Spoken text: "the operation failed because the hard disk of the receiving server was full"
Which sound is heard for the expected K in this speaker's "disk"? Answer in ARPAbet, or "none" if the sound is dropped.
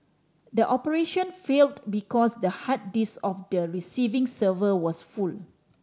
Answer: none